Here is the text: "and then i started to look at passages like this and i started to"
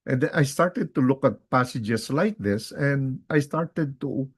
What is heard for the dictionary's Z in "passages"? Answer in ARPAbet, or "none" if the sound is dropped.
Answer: S